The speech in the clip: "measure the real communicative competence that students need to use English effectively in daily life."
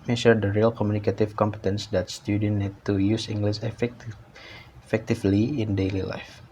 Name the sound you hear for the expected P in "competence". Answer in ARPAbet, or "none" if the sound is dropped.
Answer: P